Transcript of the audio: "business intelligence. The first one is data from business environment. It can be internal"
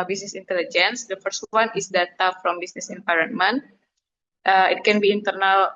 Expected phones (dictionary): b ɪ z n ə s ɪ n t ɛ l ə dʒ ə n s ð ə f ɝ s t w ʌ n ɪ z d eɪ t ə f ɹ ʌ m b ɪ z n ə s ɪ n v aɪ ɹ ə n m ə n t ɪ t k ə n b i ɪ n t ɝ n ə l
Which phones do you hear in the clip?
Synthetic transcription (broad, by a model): b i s n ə s ɪ n t ɛ l ə dʒ ə n s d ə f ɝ s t w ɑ n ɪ s d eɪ t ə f ɹ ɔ m b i s n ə s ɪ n p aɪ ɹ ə n m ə n t ɪ t k ə n b i n t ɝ n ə l